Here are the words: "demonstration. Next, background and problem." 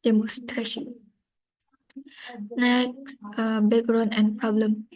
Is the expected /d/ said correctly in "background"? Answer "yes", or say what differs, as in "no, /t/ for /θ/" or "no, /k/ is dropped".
no, /d/ is dropped